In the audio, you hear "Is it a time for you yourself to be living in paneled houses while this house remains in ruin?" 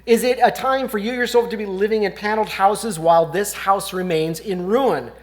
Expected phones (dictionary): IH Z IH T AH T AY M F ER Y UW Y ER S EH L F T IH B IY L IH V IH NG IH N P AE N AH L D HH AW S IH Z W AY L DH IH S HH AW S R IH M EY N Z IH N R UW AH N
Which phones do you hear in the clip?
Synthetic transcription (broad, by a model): IH Z IH T AH T AY M F ER Y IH Y ER S EH L F T IH B IY L IH V IH NG IH N P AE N L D HH AW S IH Z W AY L DH IH S HH AW S R IH M EY N Z IH N R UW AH N